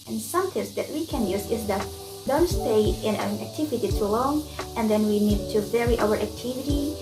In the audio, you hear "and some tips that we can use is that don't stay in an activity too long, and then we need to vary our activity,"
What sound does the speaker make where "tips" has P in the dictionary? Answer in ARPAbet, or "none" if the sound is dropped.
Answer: none